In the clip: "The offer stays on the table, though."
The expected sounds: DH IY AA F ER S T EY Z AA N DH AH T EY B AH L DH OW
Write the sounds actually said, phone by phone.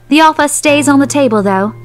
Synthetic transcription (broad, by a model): DH IY AA F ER S T EY Z N DH AH T EY B AH L DH OW